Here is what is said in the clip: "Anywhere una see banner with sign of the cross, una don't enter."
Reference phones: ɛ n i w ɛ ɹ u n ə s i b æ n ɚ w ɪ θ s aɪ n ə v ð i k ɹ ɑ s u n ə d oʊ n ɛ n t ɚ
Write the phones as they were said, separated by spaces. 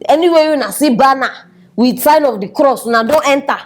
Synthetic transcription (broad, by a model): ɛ n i w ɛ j u n ə s i b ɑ n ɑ w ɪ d s aɪ n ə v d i k ɹ ɑ s u n ə d oʊ n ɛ n t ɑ